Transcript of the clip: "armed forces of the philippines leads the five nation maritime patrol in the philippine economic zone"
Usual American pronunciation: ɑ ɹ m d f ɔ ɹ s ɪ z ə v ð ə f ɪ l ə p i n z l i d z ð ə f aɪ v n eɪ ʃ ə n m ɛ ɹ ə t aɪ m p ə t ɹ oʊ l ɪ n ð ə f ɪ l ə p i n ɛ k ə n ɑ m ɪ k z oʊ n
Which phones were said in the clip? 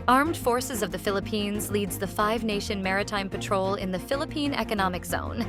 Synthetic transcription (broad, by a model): ɑ ɹ m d f ɔ ɹ s ɪ z ə v ð ə f ɪ l ə p i n z l i d z ð ə f aɪ v n eɪ ʃ ə n m ɛ ɹ ə t aɪ m p ə t ɹ oʊ l ɪ n ð ə f ɪ l ə p i n ɛ k ə n ɑ m ɪ k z oʊ n